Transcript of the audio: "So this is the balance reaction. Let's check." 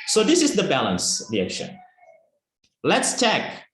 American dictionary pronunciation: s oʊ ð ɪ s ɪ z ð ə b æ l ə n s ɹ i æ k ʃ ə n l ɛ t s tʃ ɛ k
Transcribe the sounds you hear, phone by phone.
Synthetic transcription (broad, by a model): s oʊ ð ɪ s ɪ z ð ə b æ l ə n s ɹ i æ k ʃ ə n l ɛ t s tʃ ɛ k